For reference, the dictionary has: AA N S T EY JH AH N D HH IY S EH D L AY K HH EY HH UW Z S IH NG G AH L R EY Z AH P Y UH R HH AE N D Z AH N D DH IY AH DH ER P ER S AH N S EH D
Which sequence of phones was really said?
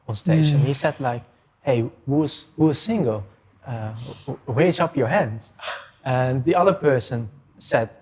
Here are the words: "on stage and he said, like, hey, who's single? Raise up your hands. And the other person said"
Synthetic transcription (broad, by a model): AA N S T EY SH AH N HH IY S EH D L AY K HH EY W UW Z S IH NG G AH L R EY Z AH P Y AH R HH AE N D Z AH N DH IY AH DH ER P ER S AH N S EH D